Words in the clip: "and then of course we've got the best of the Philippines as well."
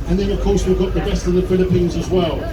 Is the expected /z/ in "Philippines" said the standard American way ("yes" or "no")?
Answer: yes